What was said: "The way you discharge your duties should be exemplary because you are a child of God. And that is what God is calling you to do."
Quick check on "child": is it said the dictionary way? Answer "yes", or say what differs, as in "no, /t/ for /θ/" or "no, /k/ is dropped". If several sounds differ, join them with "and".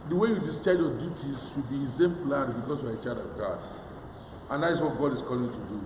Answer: no, /l/ is dropped